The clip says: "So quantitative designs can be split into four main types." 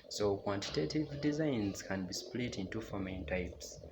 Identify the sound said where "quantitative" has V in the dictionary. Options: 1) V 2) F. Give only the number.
1